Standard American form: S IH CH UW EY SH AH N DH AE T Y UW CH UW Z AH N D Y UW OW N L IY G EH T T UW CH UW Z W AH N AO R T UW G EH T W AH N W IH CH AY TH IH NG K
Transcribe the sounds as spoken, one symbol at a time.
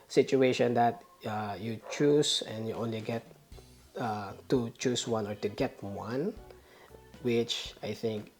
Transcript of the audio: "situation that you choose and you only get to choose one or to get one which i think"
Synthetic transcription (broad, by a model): S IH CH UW EY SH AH N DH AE T Y UW CH UW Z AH N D Y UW OW N L IY G EH T T UW CH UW S W AH N AO R T UW G EH T W AH N W IH CH AY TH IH NG K